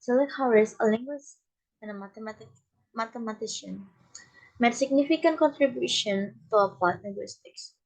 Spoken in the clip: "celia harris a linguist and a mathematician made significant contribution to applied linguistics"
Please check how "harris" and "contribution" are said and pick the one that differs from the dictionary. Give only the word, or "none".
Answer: harris